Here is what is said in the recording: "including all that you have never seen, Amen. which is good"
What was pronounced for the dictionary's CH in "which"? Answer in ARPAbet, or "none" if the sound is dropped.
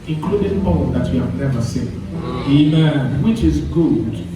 CH